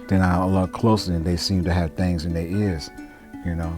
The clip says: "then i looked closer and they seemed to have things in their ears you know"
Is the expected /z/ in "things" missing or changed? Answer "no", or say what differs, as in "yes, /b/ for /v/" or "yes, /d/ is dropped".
no